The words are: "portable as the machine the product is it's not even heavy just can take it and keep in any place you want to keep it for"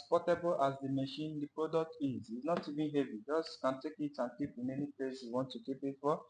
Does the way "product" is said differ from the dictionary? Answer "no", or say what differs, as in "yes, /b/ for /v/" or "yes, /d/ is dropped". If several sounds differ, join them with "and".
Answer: no